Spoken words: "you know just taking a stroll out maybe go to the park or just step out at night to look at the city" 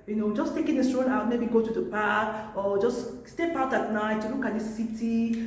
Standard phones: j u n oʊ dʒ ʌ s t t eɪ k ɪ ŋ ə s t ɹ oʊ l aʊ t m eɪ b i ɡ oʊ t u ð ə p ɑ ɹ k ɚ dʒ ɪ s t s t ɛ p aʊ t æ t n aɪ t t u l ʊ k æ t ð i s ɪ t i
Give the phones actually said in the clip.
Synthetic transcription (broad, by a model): j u n oʊ dʒ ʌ s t t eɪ k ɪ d ə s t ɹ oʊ n aʊ t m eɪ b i ɡ oʊ t u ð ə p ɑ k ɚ dʒ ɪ s s t ɛ p aʊ t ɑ t n aɪ t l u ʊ k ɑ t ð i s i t i